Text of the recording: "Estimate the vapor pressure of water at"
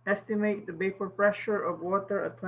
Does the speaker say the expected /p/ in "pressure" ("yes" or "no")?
no